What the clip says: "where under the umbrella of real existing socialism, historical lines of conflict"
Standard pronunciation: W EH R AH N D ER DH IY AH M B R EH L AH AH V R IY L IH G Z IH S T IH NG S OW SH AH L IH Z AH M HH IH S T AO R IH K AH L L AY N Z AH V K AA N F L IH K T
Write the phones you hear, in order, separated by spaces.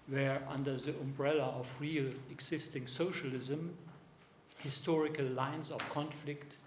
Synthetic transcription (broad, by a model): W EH R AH N D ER DH IY AH M B R EH L AH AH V R IY L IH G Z IH S T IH NG S OW SH AH L IH Z AH M HH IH S T AO R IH K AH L L AY N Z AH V K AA N F L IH K T